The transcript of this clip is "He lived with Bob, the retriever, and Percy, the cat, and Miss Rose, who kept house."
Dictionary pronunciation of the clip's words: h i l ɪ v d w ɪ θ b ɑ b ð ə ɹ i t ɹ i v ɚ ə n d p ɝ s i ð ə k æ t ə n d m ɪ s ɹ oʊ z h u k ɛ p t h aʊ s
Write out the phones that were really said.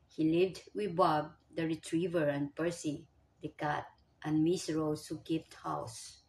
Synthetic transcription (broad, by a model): h i l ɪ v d w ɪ b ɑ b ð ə ɹ i t ɹ i v ɚ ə n p ɝ s i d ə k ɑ t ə n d m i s ɹ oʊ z h u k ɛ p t h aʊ s